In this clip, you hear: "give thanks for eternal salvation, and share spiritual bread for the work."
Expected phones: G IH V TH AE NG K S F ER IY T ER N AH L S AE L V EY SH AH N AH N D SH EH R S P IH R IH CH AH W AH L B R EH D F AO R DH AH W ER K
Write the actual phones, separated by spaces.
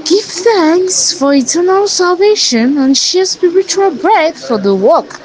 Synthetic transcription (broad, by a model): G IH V TH AE NG K S F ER IY T ER N AH L S AE L V EY SH AH N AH N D SH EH S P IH R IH CH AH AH L B R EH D F AO R DH AH W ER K